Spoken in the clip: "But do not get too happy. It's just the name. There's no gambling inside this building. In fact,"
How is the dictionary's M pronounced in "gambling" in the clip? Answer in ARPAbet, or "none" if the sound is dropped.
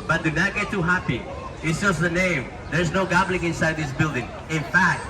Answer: none